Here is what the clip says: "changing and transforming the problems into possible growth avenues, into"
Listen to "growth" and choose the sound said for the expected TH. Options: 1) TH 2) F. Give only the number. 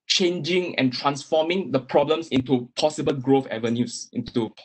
2